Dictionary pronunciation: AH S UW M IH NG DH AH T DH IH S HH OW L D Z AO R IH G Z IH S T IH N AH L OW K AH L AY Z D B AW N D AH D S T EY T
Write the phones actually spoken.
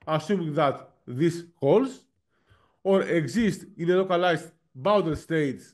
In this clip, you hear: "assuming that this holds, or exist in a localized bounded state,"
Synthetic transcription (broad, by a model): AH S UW M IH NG DH AH T DH IH S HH OW L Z AO R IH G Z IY S T IH N AH L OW K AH L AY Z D B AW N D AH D S T EY T